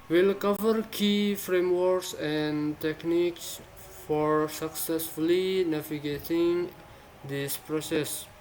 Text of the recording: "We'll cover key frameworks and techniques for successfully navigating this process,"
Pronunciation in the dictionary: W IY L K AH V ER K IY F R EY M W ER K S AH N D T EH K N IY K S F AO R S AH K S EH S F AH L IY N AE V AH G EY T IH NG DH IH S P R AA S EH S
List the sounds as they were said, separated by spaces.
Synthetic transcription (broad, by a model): W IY L K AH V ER K IY F R EY M W ER K S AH N T EH K N IY K S F AO R S AH K S EH S F AH L IY N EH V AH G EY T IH NG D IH S P R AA S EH S